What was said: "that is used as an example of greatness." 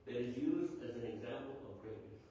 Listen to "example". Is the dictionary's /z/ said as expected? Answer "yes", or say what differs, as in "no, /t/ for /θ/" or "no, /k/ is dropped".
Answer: yes